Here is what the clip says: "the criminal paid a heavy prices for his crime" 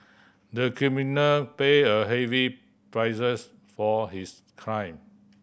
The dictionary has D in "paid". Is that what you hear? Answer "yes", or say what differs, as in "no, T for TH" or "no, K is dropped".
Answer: no, D is dropped